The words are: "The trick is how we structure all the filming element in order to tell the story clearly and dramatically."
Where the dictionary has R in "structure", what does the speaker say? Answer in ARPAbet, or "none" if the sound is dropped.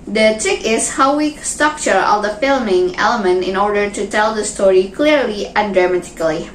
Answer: R